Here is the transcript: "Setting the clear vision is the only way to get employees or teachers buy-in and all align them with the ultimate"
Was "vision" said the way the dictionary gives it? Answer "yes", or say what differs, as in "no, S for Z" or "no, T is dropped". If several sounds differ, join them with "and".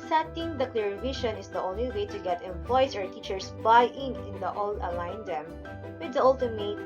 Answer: no, SH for ZH